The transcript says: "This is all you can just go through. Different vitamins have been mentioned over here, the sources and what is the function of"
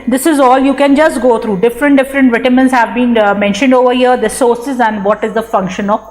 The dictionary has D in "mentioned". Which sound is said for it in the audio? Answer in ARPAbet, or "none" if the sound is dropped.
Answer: D